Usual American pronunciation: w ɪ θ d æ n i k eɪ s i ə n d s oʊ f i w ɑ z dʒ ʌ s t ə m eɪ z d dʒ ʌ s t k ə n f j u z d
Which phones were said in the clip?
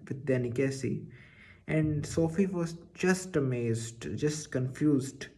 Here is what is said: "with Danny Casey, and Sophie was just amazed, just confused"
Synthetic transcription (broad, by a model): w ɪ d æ n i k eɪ s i ə n d s oʊ f i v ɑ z dʒ ʌ s t ə m eɪ z d dʒ ʌ s t k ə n f j u z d